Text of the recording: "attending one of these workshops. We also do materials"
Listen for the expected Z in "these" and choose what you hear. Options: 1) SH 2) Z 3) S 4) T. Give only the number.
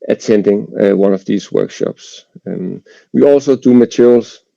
3